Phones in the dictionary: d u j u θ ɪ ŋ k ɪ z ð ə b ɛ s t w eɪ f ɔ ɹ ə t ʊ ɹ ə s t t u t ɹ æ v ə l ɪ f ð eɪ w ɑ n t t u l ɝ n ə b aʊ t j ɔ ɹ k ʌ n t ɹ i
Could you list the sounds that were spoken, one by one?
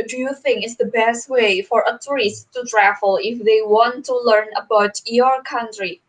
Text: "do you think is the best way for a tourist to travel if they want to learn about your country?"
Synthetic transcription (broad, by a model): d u j u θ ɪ ŋ ɪ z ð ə b ɛ s t w eɪ f ɔ ɹ ə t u ɹ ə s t t u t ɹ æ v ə l ɪ f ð eɪ w ɑ n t t u l ɝ n ə b aʊ t j ɔ ɹ k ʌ n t ɹ i